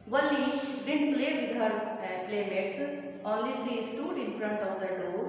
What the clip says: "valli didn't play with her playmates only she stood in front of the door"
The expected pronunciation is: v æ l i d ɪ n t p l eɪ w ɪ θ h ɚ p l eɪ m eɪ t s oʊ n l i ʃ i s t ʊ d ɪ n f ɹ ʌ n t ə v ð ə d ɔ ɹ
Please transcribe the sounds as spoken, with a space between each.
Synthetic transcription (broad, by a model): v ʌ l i d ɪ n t p l eɪ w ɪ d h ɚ p l eɪ m eɪ t s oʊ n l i s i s t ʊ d ɪ n f ɹ ʌ n t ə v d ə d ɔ